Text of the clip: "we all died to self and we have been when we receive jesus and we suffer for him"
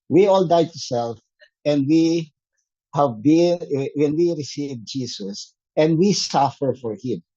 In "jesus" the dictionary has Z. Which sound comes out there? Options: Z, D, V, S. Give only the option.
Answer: S